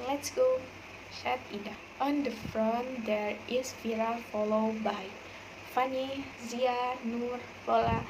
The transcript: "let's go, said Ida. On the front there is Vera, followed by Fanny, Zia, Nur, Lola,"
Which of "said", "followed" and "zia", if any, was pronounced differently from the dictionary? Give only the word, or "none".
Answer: said